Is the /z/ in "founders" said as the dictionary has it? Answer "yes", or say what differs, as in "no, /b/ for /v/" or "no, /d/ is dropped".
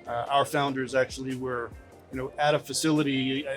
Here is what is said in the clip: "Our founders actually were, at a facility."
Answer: yes